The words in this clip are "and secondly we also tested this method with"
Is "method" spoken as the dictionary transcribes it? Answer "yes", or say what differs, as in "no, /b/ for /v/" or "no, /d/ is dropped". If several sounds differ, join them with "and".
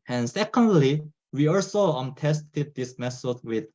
no, /s/ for /θ/